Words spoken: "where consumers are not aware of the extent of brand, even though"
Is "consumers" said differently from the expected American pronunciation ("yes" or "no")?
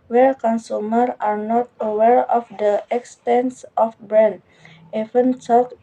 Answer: yes